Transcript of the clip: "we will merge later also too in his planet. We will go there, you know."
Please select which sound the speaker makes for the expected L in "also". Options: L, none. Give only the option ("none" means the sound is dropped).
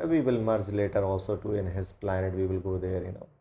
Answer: L